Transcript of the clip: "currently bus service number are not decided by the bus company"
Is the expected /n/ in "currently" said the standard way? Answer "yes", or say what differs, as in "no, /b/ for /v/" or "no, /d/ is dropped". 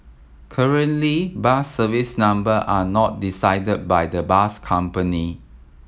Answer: yes